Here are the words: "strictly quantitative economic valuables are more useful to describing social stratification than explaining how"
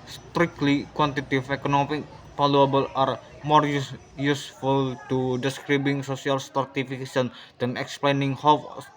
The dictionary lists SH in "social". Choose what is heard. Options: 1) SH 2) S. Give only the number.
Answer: 2